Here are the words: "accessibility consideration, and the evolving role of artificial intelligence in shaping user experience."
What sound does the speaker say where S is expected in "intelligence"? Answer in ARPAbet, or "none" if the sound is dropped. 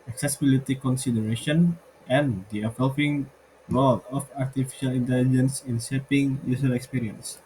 S